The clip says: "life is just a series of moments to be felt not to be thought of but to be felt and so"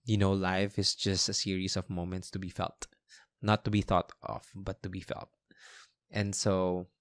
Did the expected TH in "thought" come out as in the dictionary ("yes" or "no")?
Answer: yes